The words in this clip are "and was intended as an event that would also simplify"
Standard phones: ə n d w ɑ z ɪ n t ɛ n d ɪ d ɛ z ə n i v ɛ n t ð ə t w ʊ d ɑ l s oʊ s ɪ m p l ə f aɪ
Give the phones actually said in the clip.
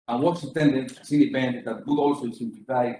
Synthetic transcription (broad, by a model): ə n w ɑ s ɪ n t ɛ n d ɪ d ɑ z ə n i p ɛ n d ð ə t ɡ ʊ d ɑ l s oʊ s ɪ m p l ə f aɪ